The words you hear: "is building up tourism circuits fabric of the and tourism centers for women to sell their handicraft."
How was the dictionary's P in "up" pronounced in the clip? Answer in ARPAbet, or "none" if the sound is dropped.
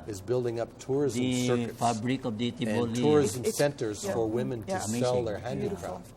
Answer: P